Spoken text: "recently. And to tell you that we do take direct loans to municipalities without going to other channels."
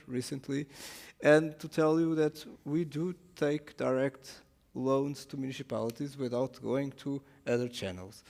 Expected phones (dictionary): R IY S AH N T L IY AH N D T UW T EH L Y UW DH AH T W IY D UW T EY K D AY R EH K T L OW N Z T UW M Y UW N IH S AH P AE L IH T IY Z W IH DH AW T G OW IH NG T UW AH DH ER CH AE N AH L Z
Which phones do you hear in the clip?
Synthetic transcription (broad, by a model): R IY S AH N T L IY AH N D T UW T EH L Y UW DH AH T W IY D UW T EY K D AY R EH K T L OW N Z T UW M Y UW N IH S AH P AE L IH T IY Z W IH DH AW T G OW IH NG T UW AH DH ER CH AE N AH L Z